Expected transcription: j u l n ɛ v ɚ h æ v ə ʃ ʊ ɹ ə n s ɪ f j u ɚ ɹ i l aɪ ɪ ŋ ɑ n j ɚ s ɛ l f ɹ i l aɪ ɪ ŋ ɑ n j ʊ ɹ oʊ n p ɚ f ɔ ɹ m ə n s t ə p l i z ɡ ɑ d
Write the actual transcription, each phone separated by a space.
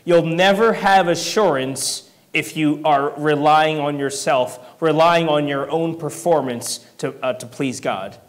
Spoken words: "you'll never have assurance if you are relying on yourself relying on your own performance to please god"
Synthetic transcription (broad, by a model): j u l n ɛ v ɚ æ v ə ʃ ʊ ɹ ə n s ɪ f j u ɚ ɹ i l aɪ ɪ ŋ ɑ n j ɚ s ɛ l f ɹ i l aɪ ɪ ŋ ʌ n j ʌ ɹ oʊ n p ɚ f ɔ ɹ m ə n s t ə p l i z ɡ ɑ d